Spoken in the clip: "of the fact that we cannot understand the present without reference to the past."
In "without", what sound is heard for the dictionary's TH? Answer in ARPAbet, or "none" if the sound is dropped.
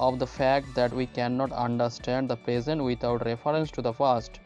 T